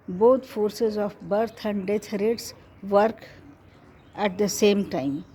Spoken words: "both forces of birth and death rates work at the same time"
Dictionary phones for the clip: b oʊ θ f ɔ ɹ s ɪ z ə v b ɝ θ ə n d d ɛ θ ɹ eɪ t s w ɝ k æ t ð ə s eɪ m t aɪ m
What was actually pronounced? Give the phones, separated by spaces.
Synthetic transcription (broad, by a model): b oʊ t f ɔ ɹ s ɪ z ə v b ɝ t ə n d d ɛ t ɹ eɪ t s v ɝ k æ t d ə s eɪ m t aɪ m